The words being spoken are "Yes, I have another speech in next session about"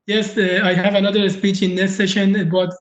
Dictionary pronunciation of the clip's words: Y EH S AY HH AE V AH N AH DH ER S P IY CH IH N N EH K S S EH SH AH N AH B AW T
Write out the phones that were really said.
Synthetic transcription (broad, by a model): Y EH S AY HH AE V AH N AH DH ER S P IY CH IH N N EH S S EH SH AH N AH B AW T